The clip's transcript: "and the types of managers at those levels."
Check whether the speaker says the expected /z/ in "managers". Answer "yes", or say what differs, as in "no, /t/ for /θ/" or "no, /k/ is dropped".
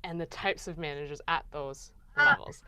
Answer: yes